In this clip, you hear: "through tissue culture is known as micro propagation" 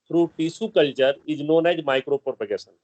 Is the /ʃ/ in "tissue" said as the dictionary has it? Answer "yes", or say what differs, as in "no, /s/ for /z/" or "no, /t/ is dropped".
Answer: no, /s/ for /ʃ/